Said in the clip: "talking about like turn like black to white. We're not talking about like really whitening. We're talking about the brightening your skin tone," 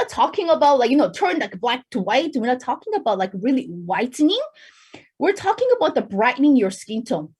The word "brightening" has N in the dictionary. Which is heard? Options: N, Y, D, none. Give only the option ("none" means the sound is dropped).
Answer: N